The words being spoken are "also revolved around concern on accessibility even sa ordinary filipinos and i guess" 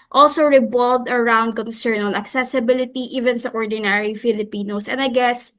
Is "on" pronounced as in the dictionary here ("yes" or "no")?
no